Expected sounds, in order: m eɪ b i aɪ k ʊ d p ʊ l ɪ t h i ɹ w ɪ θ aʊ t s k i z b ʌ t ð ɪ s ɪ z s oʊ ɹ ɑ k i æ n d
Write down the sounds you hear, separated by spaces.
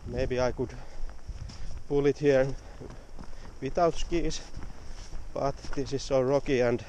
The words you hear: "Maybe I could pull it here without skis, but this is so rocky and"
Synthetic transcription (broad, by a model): m eɪ b i aɪ k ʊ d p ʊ l ɪ t h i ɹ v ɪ t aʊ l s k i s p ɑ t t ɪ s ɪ s oʊ ɹ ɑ k i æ n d